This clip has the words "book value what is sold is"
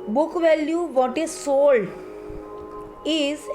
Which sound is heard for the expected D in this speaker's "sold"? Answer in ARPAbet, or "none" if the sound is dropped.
none